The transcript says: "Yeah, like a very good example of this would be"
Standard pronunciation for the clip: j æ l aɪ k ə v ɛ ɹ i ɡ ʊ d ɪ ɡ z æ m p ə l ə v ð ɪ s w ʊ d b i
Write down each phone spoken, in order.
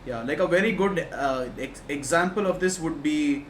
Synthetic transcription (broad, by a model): j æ l aɪ k ə v ɛ ɹ i ɡ ʊ d ɪ ɡ z æ m p ə l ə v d ɪ s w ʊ d b i